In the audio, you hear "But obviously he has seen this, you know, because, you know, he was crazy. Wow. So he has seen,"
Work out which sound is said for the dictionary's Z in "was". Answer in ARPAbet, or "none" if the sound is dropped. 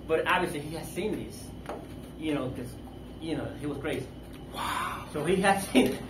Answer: Z